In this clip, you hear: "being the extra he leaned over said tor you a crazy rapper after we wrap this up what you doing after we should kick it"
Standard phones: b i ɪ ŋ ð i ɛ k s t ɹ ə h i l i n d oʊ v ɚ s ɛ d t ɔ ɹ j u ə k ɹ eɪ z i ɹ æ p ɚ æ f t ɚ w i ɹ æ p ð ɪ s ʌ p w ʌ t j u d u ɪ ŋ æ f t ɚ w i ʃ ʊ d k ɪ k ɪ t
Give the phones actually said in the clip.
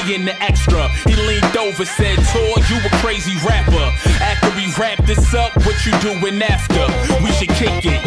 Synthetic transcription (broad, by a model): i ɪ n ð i ɛ k s t ɹ ə h i l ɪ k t oʊ v ɚ s ɛ d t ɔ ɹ j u ə k ɹ eɪ z i ɹ æ p ɚ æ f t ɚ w i ɹ æ p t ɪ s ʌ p w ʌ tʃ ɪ d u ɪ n æ f t ɚ w i ʃ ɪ d k ɪ k ɪ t